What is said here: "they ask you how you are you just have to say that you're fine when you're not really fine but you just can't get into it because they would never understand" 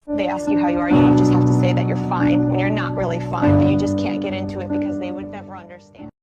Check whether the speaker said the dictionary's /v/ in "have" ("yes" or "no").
no